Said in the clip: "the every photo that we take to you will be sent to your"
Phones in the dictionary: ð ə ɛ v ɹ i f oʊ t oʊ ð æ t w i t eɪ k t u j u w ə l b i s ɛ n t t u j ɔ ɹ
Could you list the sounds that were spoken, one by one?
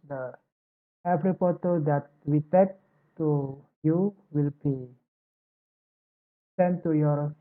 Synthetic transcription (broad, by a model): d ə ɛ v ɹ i p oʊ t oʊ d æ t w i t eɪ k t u j u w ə l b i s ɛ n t t u j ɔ ɹ